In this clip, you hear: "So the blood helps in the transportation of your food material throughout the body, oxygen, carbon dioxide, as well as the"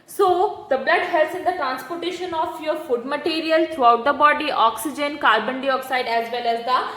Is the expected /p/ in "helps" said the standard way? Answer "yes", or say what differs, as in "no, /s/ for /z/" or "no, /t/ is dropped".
no, /p/ is dropped